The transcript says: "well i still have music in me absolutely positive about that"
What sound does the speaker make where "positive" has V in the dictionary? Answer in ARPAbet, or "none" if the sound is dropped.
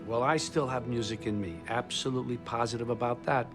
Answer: V